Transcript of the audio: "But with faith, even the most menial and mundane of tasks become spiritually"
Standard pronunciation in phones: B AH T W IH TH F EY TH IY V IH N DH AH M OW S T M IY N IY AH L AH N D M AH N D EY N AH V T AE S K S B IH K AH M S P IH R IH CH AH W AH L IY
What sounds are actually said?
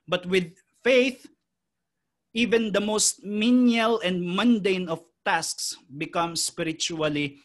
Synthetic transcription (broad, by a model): B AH T W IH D F EY TH IY V IH N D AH M OW S T M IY N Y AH L AH N D M AH N D EY N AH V T AE S K S B IH K AH M S P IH R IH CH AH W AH L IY